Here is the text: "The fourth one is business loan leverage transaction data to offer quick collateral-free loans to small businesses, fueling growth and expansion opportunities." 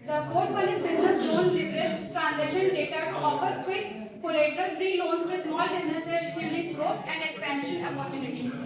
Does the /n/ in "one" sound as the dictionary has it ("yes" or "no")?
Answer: no